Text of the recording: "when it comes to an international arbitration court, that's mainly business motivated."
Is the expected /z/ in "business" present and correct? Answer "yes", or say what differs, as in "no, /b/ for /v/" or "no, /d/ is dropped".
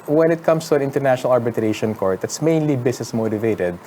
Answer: no, /s/ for /z/